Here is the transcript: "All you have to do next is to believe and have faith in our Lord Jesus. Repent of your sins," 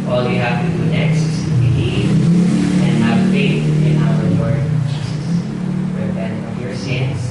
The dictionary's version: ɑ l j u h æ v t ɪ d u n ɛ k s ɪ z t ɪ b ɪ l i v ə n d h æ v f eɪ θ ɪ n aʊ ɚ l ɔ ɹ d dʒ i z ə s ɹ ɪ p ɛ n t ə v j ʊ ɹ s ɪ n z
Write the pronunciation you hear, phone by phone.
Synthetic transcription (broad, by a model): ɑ l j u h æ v t ɪ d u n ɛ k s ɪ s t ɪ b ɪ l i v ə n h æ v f eɪ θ ɪ n aʊ ɚ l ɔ ɹ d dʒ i s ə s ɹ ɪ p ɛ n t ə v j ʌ ɹ s ɪ n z